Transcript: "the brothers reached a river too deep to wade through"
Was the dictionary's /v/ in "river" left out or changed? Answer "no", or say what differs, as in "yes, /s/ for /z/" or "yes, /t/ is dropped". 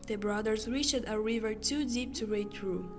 no